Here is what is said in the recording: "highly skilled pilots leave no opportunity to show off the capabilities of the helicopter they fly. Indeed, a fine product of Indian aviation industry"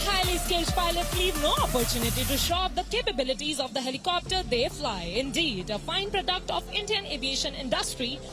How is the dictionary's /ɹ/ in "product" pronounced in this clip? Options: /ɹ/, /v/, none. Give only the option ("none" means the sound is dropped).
/ɹ/